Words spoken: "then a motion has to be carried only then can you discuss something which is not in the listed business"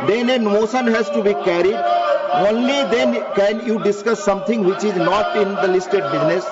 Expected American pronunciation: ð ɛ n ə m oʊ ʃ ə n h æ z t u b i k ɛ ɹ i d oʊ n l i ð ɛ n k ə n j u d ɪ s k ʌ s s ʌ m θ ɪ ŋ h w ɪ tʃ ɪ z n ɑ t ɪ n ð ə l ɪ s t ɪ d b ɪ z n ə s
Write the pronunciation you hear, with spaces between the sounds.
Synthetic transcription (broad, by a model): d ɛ n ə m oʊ s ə n h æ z t u b i k ɛ ɹ i d oʊ n l i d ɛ n k ə n j u d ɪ s k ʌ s s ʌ m t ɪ ŋ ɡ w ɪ tʃ ɪ z n ɑ t ɪ n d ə l ɪ s t ɪ d b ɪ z n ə s